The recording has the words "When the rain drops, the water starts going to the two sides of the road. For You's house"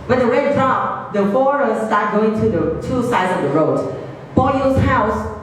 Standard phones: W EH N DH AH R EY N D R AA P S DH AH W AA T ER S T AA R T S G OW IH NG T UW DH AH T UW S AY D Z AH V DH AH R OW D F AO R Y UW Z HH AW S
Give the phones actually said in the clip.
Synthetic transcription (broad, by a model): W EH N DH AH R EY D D R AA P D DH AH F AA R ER S T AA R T G OW IH NG T UW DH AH T UW S AY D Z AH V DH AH R OW D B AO L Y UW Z HH AW S